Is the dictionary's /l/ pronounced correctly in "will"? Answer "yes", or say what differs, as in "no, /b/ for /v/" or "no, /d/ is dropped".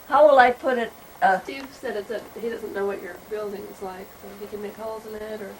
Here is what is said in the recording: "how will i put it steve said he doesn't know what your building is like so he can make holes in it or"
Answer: yes